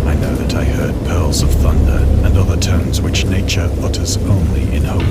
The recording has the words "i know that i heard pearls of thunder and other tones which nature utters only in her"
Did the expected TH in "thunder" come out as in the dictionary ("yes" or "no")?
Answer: yes